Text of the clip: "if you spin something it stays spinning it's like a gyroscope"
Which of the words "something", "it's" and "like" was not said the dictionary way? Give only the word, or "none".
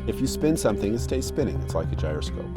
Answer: none